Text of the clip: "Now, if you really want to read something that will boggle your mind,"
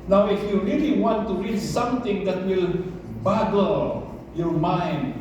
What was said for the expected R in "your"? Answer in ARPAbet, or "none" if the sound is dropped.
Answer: R